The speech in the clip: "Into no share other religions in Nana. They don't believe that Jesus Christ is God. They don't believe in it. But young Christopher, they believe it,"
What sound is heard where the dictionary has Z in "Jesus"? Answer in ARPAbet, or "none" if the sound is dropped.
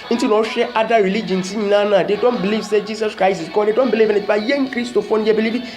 S